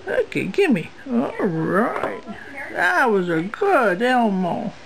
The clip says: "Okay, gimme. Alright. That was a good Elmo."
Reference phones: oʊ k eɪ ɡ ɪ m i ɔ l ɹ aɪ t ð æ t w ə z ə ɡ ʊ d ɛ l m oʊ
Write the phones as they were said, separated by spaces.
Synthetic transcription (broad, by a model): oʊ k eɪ ɡ ɪ m i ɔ ɹ aɪ t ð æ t w ə z ə ɡ ʊ d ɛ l m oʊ